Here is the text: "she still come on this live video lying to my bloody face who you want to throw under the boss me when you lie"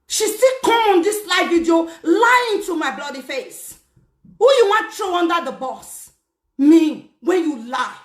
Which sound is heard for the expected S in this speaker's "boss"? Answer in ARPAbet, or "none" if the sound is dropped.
S